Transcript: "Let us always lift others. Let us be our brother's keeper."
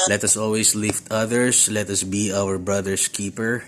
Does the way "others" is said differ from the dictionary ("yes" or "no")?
yes